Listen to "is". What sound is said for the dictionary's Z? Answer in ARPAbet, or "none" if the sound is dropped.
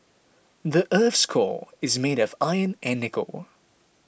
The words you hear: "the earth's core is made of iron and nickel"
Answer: Z